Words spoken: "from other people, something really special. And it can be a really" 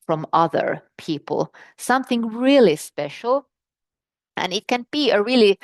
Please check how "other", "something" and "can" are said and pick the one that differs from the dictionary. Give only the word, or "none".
none